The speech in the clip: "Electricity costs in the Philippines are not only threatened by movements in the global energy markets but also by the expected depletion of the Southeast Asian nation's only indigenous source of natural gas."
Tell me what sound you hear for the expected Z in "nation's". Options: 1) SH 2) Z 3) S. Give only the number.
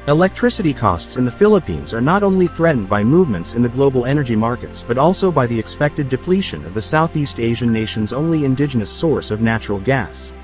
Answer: 2